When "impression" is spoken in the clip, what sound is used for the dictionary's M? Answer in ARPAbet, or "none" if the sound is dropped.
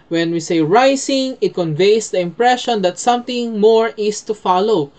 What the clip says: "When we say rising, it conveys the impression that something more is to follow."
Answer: M